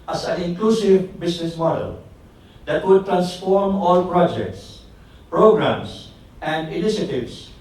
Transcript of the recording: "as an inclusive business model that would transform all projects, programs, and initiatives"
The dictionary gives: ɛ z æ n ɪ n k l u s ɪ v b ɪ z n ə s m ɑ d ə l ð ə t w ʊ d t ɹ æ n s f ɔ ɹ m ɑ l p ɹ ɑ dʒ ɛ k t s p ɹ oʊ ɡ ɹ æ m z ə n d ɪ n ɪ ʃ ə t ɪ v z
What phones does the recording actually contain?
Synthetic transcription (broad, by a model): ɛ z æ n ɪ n k l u s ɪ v b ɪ s n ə s m ɑ d ə l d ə t w ʊ d t ɹ æ n s f ɔ ɹ m ɑ l p ɹ ɑ dʒ ɛ k t s p ɹ oʊ ɡ ɹ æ m s ə n d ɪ n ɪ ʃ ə t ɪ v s